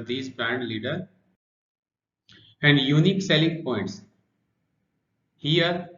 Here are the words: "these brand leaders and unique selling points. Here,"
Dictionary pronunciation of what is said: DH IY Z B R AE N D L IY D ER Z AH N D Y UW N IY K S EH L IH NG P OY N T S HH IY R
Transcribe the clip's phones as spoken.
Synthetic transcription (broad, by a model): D IY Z B R AE N D L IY D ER AH N D Y UW N IY K S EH L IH NG P OY N T S HH IY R